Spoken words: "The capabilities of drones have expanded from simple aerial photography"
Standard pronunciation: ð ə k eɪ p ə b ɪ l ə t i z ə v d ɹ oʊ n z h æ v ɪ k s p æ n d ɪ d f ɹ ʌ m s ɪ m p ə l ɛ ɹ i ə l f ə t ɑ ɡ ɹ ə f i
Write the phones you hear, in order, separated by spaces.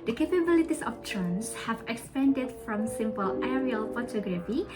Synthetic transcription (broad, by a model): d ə k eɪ p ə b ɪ l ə t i s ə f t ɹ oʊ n s h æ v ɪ k s p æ n d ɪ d f ɹ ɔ m s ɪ m p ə l ɛ ɹ i ə l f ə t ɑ ɡ ɹ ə f i